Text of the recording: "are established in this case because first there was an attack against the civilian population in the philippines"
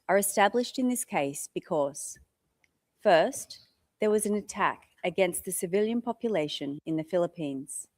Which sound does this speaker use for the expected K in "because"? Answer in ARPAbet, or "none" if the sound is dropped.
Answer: K